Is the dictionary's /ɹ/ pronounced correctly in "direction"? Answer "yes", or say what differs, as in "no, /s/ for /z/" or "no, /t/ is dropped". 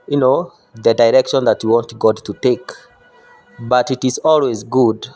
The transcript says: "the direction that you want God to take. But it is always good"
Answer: yes